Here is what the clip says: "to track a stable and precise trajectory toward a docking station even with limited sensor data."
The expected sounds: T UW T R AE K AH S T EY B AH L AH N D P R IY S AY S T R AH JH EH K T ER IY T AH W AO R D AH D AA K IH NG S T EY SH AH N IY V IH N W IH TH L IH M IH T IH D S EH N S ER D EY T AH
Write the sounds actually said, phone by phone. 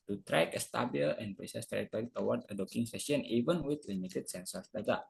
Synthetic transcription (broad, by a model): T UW T R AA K AH S T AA B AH L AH N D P R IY S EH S T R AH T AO T IY T AH W AO R D AH D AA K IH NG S S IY AH N IY V IH N W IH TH L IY M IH T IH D S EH N S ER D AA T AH